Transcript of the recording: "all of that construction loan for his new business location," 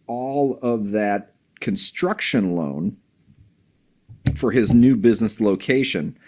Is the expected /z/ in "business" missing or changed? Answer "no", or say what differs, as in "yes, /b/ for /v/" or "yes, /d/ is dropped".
no